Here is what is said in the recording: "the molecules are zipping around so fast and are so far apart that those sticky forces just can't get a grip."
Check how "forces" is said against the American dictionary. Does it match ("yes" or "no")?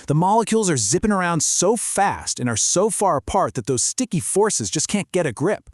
yes